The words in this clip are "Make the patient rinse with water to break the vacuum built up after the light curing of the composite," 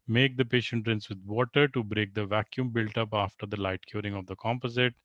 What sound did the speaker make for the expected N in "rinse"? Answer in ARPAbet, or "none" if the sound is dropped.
N